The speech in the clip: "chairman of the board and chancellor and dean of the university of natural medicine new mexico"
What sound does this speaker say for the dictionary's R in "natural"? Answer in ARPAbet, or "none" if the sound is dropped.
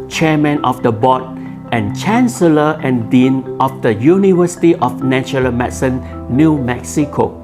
none